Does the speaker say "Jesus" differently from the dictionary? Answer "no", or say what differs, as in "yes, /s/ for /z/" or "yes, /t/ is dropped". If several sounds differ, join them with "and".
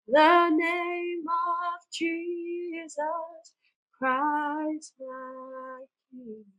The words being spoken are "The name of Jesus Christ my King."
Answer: no